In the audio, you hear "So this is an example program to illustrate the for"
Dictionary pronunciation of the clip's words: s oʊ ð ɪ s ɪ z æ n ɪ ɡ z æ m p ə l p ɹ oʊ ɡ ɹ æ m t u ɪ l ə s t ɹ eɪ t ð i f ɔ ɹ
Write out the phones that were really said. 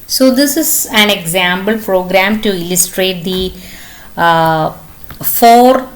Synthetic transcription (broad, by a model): s oʊ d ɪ s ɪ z æ n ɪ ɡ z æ m b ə l p ɹ oʊ ɡ ɹ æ m t u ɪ l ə s t ɹ eɪ t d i f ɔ ɹ